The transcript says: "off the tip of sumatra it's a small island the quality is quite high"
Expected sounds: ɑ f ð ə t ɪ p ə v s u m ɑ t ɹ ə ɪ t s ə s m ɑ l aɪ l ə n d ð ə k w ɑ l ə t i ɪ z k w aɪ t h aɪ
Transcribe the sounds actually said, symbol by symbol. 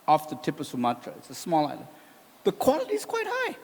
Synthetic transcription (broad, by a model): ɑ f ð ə t ɪ p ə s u m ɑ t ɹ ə ɪ t s ə s m ɑ l aɪ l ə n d ð ə k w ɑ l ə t i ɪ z k w aɪ t h aɪ